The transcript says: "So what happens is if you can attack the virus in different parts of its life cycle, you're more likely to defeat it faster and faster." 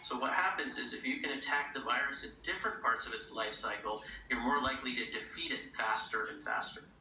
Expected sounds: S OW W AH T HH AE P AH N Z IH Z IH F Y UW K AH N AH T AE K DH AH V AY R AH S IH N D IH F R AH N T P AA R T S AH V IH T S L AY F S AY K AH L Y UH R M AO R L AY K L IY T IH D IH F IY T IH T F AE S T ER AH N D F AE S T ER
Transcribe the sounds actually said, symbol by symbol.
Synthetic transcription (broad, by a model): S OW W AH T HH AE P AH N Z IH Z IH F Y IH K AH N AH T AE K DH AH V AY R AH S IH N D IH F R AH N P AA R T S AH V IH T S L AY F S AY K L Y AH R M AO R L AY K L IY T IH D IH F IY T IH T F AE S T ER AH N F AE S T ER